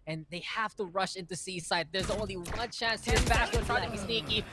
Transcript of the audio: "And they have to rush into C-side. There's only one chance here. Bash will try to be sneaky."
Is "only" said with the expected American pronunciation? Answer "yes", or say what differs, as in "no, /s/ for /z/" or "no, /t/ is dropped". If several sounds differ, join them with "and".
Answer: yes